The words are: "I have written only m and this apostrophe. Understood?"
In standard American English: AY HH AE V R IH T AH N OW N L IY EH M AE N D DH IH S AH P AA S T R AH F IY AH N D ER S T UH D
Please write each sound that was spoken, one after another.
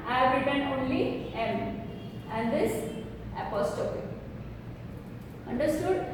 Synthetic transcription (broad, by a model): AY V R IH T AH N OW N L IY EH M AE N D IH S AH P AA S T AH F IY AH N D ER S T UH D